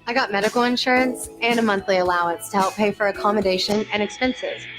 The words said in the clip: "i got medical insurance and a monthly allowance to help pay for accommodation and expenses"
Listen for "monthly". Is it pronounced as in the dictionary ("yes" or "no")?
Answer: yes